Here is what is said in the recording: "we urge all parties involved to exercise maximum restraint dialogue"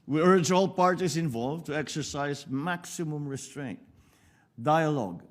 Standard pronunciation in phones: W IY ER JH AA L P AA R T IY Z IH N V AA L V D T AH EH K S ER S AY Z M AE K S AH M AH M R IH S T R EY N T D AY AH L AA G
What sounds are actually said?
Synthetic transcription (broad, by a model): W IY ER JH AA L P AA R T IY S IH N V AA L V T AH EH K S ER S AY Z M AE K S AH M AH M R IH S T R EY N T D AY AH L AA G